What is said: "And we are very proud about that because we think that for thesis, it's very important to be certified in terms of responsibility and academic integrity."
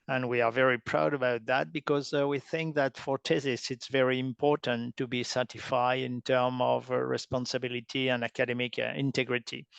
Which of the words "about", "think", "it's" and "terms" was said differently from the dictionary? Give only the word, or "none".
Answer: terms